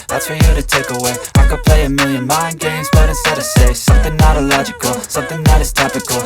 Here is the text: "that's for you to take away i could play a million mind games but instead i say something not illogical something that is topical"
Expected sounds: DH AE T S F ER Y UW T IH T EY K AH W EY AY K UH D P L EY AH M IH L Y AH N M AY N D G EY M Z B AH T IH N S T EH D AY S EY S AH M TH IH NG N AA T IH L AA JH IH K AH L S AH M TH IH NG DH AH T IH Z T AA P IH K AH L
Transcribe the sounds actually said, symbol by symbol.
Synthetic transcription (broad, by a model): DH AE T S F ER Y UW T IH T EY K AH W EY AY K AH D P L EY AH M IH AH N M AY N G EY M Z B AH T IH S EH D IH S EY S AH M TH IH NG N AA T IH L AA JH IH K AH L S AH M TH IH NG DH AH T IH Z T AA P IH K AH L